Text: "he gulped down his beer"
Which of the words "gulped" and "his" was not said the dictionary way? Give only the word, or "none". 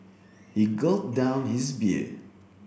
gulped